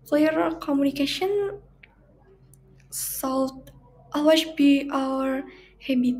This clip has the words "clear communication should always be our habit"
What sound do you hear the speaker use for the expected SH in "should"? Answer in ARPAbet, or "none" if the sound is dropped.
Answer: S